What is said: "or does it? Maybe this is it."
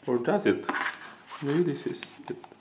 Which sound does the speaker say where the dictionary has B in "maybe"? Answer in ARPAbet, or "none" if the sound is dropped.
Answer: none